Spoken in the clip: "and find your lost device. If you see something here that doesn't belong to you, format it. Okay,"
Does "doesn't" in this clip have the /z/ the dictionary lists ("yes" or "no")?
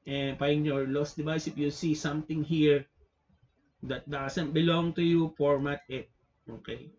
no